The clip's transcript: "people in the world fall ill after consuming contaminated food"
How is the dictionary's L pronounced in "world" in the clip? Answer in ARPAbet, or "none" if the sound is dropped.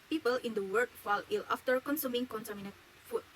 none